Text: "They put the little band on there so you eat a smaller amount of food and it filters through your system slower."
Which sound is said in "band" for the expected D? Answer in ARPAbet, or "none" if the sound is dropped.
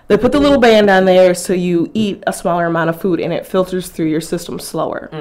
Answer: D